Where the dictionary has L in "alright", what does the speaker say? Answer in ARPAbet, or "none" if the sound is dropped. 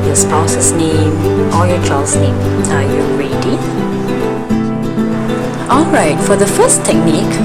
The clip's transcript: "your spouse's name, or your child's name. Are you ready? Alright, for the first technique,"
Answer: L